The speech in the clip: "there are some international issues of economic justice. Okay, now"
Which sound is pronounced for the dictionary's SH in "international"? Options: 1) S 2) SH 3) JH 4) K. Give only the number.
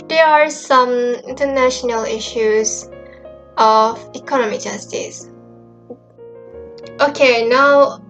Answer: 2